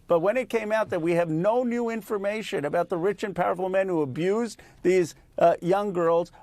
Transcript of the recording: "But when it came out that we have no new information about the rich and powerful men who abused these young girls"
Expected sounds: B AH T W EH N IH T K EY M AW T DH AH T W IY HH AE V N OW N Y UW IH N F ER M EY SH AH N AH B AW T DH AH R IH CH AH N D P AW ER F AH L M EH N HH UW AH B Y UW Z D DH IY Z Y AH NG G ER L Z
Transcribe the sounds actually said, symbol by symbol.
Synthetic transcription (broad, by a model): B AH T W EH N IH T K EY M AW T DH AH T W IY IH V N OW N Y UW IH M F ER M EY SH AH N AH B AW T DH AH R IH CH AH N P AW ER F L M EH N HH UW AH B Y UW Z DH IY Z Y AH NG G ER L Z